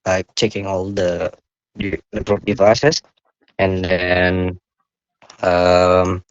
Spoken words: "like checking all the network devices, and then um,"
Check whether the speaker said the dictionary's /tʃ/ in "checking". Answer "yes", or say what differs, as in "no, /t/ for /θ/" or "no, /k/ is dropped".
yes